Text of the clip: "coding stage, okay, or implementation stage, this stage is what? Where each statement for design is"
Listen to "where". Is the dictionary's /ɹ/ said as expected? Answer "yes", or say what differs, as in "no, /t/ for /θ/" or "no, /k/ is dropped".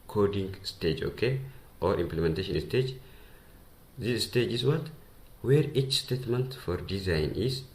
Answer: yes